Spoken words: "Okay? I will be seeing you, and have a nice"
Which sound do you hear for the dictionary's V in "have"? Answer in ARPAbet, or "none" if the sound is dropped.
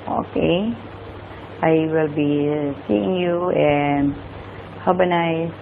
B